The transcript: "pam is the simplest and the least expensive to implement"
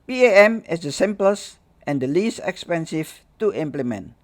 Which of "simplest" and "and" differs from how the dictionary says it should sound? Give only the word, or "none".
none